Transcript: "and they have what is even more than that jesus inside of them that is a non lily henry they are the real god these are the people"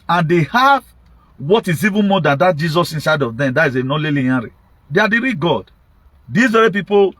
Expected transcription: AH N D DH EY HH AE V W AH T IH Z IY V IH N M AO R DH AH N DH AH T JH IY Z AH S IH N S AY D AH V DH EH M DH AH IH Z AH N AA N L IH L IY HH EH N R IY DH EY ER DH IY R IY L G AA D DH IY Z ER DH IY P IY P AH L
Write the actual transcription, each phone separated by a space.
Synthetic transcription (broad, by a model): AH N D EY HH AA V W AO T IH Z IY V IH N M AO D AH N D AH T JH IY Z AH S IH N S AY D AH V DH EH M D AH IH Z AH N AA L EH L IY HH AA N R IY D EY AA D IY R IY G AA D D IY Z ER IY P IY P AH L